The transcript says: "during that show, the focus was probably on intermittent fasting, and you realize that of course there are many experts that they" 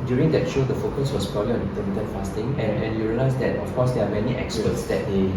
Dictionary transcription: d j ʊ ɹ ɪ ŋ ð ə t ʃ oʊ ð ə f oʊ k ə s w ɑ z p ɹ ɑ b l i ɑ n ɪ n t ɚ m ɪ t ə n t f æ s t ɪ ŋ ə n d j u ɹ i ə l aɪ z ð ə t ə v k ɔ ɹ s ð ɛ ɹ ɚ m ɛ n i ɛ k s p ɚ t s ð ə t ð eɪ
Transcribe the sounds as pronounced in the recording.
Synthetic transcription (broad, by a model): d j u ɹ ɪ ŋ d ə t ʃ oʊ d ə f oʊ k ə s w ɑ s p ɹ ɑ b l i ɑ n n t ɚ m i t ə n f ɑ s t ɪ ŋ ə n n j u ɹ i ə l aɪ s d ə t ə f k ɔ s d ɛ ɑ m ɛ n i ɛ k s ɚ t s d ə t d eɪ